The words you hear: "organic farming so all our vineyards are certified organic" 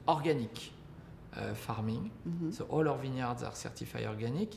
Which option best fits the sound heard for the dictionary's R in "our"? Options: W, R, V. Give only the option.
R